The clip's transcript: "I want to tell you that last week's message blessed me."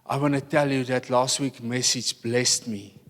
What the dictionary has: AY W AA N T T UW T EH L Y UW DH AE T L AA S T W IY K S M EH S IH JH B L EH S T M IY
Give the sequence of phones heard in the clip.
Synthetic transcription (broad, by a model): AY W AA N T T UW T EH L Y UW DH AE T L AA S T W IY K M EH S IH JH B L EH S T M IY